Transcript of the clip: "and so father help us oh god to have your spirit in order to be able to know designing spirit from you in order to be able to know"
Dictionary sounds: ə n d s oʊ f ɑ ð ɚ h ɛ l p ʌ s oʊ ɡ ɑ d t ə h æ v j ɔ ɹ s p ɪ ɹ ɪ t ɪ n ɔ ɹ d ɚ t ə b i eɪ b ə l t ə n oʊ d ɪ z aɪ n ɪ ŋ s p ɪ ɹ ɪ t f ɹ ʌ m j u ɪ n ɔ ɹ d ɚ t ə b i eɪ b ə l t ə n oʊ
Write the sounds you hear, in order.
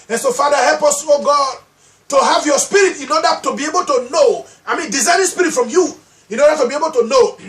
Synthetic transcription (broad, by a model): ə n s oʊ f ɑ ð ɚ h ɛ l p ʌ s oʊ ɡ ɑ d t ə h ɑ v j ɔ s p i ɹ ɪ t ɪ n ɔ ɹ d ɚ t ə b i eɪ b ə l t ə n oʊ d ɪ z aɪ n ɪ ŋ s p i ɹ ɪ t f ɹ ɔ m j u ɪ n ɔ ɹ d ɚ t ə b i eɪ b ə l t ə n oʊ